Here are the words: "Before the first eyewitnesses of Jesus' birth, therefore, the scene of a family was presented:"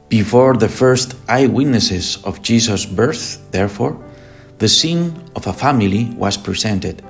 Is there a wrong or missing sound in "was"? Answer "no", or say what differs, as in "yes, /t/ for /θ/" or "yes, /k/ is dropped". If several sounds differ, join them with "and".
yes, /s/ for /z/